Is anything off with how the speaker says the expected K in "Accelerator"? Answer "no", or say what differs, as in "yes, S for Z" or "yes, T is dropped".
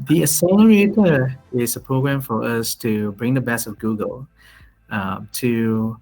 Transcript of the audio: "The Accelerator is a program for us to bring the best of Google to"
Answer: yes, K is dropped